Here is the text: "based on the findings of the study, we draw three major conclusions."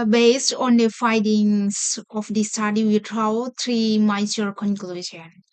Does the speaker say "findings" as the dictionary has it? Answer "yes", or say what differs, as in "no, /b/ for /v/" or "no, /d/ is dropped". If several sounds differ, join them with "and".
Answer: no, /n/ is dropped